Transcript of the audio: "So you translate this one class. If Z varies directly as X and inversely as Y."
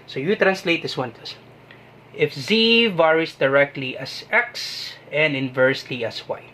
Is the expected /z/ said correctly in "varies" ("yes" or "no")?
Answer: no